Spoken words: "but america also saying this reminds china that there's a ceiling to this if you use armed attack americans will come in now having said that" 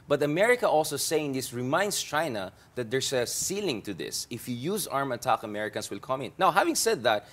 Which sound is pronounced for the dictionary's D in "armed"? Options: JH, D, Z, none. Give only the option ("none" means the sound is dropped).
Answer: none